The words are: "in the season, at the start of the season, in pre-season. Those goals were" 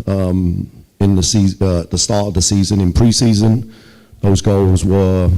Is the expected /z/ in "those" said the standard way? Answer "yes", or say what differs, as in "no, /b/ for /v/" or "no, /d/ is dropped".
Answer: yes